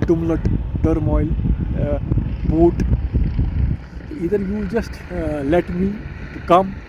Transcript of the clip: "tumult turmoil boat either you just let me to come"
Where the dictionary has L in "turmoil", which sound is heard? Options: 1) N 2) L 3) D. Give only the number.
2